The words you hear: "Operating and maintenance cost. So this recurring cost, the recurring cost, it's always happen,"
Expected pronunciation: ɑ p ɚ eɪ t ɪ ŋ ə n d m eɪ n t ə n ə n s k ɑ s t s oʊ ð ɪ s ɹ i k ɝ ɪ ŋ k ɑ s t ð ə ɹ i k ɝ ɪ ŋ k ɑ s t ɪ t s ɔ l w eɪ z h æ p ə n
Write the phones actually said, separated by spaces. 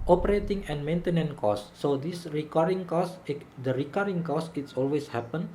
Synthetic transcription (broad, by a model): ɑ p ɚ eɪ t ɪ ŋ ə n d m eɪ n t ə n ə n k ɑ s s oʊ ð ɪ s ɹ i k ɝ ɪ ŋ k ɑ s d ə ɹ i k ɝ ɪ ŋ k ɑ s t ɪ t s ɔ l w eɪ s h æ p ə n